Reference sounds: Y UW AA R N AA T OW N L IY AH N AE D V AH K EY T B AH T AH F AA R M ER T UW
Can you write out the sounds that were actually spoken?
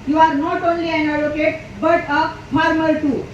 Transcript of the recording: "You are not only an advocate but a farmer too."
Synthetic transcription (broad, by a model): Y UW AA R N AA T OW N L IY AH N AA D AH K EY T B AH T AH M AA R M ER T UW